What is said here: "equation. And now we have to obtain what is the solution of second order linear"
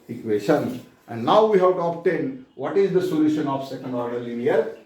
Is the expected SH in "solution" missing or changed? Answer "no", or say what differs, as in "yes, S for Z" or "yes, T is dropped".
no